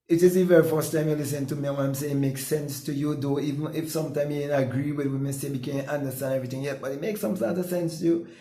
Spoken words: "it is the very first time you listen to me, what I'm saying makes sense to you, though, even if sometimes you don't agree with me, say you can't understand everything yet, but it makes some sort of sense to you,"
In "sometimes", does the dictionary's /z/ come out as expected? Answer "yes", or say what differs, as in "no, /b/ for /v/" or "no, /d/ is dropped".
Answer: no, /z/ is dropped